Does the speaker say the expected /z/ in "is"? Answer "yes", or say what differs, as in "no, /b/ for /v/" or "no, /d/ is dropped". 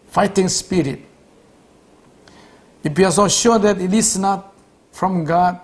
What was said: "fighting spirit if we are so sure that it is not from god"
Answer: no, /s/ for /z/